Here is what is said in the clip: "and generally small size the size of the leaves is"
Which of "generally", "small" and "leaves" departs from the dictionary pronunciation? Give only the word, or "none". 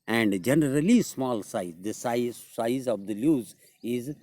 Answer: leaves